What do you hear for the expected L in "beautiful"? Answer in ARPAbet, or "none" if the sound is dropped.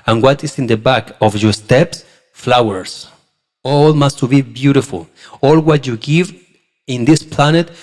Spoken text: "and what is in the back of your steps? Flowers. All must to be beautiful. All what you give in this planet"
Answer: L